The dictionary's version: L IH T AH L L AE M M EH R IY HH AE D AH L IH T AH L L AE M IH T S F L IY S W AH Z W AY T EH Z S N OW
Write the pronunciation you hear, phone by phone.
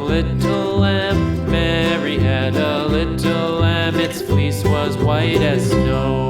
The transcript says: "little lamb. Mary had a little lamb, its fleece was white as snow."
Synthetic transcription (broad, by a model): L IH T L L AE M M EH R IY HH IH D AH L IH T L L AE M IH T S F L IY S W AH Z W AY T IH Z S N OW